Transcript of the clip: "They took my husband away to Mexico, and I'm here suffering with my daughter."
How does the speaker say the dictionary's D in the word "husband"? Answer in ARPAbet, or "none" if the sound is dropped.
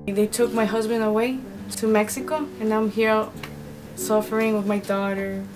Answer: D